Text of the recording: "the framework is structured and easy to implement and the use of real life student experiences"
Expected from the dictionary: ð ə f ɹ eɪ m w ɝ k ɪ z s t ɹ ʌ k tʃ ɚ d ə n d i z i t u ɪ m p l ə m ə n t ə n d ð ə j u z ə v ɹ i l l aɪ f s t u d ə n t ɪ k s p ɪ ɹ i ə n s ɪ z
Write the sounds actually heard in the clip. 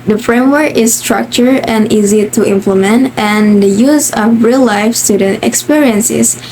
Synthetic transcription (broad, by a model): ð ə f ɹ eɪ m w ɝ k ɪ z s t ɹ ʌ k tʃ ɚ ə n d i z i t u ɪ m p l ə m ə n t ə n d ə j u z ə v ɹ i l l aɪ f s t u d ə n t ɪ k s p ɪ ɹ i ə n s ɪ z